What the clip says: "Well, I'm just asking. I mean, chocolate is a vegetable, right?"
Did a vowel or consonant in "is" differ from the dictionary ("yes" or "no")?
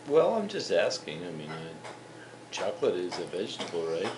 no